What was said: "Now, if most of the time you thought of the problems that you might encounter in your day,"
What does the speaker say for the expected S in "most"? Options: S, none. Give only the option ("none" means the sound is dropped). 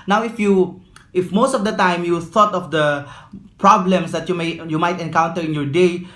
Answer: S